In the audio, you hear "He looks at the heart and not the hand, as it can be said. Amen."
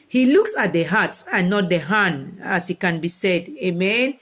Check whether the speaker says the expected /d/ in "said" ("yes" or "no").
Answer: yes